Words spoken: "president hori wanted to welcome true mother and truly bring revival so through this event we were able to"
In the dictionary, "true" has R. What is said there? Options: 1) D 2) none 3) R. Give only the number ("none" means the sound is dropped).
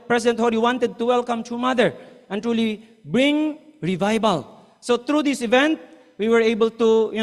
2